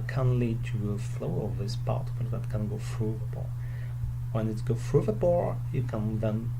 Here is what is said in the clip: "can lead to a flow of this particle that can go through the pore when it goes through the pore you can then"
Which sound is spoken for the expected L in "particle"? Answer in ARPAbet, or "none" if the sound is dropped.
N